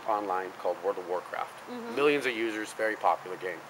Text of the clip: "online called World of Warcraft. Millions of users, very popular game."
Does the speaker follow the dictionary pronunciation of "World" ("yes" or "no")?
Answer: no